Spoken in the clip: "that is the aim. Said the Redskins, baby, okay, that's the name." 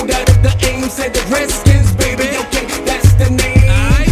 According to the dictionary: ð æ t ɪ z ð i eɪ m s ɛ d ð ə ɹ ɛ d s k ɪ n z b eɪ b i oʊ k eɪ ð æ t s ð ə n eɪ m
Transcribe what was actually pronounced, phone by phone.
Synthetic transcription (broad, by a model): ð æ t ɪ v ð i eɪ m s ɛ d ð ə ɹ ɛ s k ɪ z b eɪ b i oʊ k eɪ ð æ t s ð ə n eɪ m